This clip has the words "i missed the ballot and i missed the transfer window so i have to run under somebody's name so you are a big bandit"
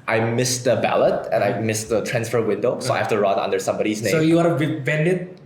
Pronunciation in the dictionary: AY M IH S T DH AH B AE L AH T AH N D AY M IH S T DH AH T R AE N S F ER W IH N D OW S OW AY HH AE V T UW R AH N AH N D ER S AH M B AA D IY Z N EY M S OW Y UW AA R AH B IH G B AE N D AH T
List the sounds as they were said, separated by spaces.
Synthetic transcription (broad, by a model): AY M IH S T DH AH B AE L AH T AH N AY M IH S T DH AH T R AE N S F ER W IH N D OW S OW AY HH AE F T UW R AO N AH N D ER S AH M B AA D IY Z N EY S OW Y UW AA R AH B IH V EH N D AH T